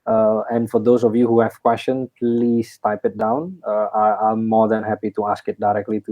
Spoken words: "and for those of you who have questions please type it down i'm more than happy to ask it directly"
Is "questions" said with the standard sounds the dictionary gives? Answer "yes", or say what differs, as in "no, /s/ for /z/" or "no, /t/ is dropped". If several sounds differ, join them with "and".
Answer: no, /z/ is dropped